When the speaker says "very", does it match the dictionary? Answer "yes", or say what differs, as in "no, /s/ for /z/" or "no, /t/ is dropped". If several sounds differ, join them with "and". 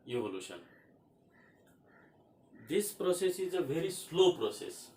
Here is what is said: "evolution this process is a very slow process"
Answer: no, /b/ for /v/